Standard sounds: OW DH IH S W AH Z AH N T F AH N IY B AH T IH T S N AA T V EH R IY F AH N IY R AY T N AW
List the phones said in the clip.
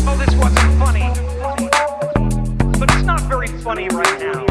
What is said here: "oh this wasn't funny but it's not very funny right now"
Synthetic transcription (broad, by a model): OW DH IH S W AH Z AH N T F AH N IY B AH T IH T S N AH T V EH R IY F AH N IY R AY T N AW